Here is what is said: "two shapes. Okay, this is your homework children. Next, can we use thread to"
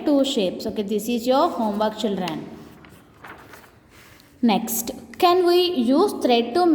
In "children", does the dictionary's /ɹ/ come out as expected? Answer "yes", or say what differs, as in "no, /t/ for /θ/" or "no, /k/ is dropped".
yes